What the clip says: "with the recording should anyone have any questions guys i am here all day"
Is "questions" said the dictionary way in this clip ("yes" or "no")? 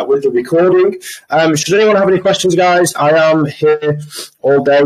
yes